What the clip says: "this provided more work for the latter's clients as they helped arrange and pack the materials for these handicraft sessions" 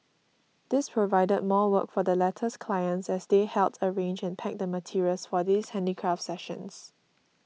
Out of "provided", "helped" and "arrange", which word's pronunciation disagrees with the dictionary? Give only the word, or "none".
helped